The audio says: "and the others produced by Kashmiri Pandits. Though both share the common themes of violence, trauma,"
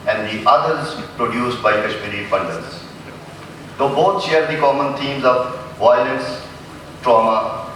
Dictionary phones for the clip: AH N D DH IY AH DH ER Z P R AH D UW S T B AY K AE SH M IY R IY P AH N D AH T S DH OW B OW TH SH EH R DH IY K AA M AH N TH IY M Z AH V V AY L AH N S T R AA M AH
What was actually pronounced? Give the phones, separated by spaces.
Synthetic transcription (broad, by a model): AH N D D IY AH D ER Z P R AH D UW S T B AY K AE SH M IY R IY F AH N D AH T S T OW B OW T SH EH R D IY K AA M AH N T IY M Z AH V V AY L AH N S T R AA M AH